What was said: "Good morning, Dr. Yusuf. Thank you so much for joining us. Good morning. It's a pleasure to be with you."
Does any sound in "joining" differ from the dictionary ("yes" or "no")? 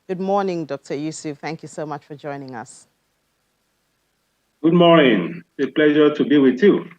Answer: no